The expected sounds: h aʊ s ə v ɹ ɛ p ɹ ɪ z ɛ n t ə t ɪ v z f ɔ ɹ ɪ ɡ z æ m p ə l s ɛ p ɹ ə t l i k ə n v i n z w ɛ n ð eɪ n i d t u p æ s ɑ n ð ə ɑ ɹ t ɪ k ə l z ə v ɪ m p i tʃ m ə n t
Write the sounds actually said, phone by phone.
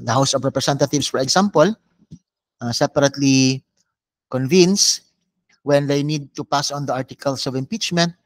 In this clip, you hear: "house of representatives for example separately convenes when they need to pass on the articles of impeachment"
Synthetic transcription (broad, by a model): h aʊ s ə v ɹ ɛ p ɹ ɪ s ɛ n t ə t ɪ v s f ɔ ɹ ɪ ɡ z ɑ m p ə l s ɛ p ɹ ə t l i k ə n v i n s w ɛ n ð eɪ n i d t u p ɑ s ɑ n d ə ɑ ɹ t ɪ k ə l s ə v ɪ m p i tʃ m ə n t